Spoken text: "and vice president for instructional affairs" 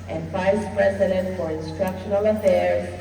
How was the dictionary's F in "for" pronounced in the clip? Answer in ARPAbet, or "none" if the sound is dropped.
F